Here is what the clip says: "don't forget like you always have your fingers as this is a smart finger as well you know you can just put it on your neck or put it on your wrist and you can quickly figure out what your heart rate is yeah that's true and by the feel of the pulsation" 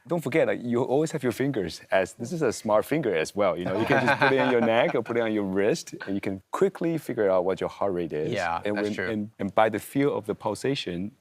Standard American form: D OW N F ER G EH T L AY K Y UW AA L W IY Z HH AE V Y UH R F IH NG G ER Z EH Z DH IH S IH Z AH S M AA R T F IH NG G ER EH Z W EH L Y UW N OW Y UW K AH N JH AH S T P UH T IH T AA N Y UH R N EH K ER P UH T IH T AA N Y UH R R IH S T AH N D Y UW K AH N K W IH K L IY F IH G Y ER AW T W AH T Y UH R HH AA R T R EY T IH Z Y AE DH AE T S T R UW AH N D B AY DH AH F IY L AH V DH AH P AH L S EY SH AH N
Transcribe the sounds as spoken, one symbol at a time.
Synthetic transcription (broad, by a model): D OW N F ER G EH T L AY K Y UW AA L W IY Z HH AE V Y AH R F IH NG G ER Z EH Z DH IH S IH Z AH S M AA R T F IH NG G ER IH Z W EH L Y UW N OW Y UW K AH N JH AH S P UH T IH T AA N Y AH R N EH K ER P UH T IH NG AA N Y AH R R IH S T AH N Y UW K AH N K W IH K L IY F IH G Y ER AW T W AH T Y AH R HH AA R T R EY T IH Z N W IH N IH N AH N B AY DH AH F IY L AH V DH AH P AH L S EY SH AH N